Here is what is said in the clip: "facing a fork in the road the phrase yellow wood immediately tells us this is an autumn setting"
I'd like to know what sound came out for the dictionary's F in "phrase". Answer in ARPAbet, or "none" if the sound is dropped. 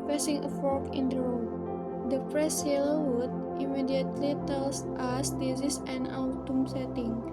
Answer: P